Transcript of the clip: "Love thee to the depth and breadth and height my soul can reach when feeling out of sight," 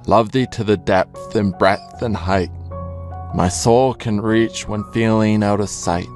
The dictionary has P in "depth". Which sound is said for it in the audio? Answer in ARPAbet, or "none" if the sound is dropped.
P